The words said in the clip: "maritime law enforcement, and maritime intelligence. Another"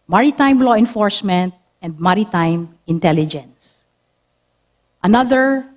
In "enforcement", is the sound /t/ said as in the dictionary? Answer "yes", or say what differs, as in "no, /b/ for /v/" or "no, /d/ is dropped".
yes